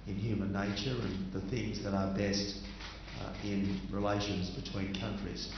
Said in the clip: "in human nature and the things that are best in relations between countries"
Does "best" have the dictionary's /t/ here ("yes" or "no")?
yes